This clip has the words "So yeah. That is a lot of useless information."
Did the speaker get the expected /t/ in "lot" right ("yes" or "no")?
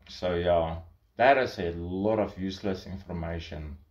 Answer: yes